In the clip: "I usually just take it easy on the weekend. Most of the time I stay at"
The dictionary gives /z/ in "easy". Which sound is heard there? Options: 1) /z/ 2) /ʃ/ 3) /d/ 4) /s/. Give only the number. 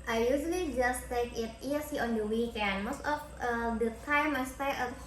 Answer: 4